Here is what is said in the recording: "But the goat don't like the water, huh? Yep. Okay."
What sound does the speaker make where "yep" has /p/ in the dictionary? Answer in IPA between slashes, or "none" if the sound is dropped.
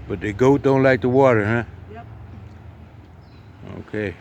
none